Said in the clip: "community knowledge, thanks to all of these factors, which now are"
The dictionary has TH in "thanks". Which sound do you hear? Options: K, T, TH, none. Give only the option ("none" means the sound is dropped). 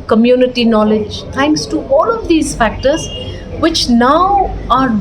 T